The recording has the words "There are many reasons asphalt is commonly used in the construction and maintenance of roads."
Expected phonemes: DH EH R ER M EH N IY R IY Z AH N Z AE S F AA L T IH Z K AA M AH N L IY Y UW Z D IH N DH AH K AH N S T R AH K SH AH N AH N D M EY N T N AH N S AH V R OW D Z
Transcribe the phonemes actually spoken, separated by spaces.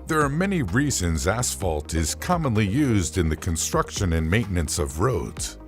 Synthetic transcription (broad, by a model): DH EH R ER M EH N IY R IY Z AH N Z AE S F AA L T IH Z K AA M AH N L IY Y UW Z D IH N DH AH K AH N S T R AH K SH AH N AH N M EY N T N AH N S AH V R OW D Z